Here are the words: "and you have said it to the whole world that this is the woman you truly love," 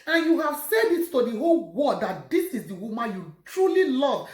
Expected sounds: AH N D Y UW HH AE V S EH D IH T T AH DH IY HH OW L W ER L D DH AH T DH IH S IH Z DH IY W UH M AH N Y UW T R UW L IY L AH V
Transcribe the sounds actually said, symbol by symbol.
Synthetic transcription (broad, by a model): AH N Y UW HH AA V S EH D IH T T AH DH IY HH OW L W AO D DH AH T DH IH S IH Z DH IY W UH M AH N Y UW T R UW L IY L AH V